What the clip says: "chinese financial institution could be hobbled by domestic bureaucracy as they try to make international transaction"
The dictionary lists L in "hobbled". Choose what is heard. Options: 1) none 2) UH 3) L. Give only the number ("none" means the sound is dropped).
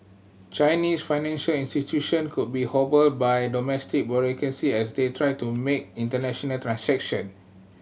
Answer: 3